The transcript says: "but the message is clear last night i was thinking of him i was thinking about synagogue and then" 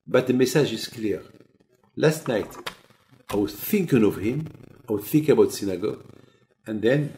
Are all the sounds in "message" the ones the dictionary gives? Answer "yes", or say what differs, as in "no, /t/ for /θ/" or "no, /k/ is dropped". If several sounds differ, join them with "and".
no, /ʒ/ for /dʒ/